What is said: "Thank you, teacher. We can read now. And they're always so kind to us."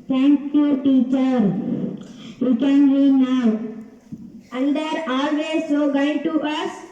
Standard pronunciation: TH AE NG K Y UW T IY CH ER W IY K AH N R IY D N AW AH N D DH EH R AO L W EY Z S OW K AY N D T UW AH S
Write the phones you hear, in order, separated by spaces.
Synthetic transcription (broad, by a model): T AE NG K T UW T IY CH ER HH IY K AH N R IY N AW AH L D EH R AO L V EY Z S OW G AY D T UW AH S